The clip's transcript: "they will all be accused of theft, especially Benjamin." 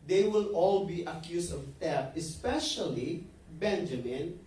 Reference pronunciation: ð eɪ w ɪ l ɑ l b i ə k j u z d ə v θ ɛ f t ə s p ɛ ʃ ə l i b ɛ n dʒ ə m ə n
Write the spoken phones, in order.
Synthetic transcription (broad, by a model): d eɪ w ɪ l ɑ l b i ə k j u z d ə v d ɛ t ə s p ɛ ʃ ə l i b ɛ n dʒ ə m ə n